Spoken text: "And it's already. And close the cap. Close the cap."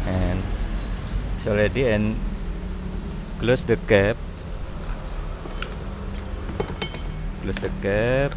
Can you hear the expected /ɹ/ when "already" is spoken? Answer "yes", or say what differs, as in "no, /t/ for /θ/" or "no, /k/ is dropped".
no, /l/ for /ɹ/